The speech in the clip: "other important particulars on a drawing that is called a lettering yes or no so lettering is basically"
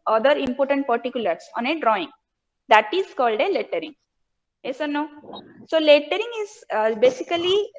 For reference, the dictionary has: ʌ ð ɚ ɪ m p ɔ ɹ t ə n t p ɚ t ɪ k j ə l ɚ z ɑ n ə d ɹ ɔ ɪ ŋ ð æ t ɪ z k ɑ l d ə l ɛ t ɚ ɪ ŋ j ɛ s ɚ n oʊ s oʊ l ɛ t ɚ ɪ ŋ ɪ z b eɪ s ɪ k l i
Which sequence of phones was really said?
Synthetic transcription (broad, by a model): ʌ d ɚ ɪ m p ɔ ɹ t ə n t p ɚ t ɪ k j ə l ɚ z ɑ n ə d ɹ ɔ ɪ ŋ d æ t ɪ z k ɑ l d ə l ɛ t ɚ ɪ ŋ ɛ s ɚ n oʊ s oʊ l ɛ t ɚ ɪ ŋ ɪ z b eɪ s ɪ k l i